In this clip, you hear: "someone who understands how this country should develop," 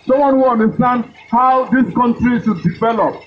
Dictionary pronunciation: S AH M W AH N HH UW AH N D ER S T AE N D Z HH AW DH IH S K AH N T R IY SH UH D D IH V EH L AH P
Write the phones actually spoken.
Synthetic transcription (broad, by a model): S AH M W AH N HH UW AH N D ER S T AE N D HH AW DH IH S K AH N T R IY S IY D D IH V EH L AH P